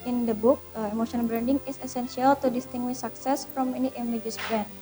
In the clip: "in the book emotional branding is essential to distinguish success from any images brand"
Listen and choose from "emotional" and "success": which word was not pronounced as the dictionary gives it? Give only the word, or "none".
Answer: emotional